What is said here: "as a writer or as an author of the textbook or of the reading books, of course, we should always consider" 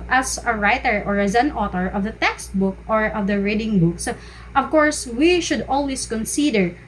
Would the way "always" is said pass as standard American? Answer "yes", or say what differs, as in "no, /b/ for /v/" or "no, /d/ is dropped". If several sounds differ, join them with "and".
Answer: no, /s/ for /z/